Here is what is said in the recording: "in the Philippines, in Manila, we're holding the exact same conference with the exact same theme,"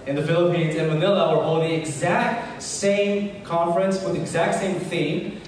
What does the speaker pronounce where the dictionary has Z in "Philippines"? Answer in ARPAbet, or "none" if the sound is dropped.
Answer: Z